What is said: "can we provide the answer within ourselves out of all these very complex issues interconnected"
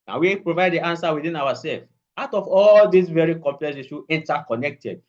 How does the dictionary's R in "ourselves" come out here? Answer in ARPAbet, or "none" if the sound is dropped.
W